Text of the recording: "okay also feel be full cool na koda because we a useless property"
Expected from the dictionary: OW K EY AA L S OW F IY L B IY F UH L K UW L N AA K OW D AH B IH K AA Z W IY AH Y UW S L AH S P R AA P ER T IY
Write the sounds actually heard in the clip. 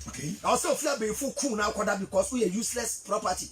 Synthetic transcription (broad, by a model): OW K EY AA S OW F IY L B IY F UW K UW N AA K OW D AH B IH K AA S W IY AH Y UW S L AH S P R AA P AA T IY